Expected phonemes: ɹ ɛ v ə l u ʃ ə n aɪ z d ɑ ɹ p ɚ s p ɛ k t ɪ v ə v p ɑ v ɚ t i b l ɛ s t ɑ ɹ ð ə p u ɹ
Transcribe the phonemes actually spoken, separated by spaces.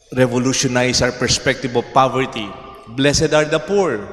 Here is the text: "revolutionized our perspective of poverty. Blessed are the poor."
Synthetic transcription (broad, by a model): ɹ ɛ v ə l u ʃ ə n aɪ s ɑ w p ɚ s p ɛ k t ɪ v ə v p ɑ v ɚ t i b l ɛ s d ɑ ɹ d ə p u ɹ